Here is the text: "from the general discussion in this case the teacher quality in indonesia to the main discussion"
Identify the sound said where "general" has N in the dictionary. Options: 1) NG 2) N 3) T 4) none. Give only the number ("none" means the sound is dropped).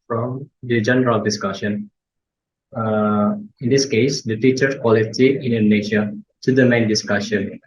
2